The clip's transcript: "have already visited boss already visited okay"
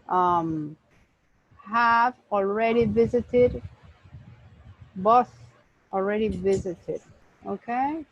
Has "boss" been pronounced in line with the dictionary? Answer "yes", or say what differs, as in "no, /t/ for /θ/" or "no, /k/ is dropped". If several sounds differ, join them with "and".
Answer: no, /θ/ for /s/